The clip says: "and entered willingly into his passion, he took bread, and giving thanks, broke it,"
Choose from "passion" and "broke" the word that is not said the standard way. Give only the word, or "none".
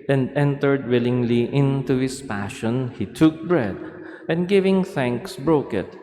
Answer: none